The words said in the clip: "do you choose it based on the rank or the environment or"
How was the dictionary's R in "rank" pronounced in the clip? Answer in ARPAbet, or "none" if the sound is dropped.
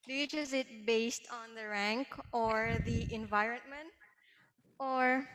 R